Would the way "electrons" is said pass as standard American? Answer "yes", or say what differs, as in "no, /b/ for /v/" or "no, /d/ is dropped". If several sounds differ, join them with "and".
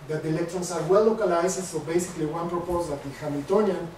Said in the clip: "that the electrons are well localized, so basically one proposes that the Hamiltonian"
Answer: no, /s/ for /z/